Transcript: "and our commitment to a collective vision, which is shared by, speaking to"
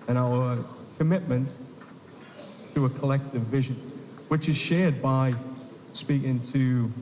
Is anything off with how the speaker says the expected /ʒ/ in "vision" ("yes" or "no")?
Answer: no